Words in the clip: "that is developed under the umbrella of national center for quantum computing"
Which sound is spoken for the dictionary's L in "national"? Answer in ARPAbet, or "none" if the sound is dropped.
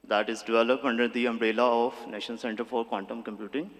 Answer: N